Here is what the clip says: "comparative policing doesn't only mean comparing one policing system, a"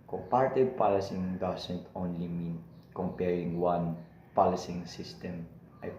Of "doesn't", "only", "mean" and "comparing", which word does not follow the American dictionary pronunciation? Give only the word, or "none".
doesn't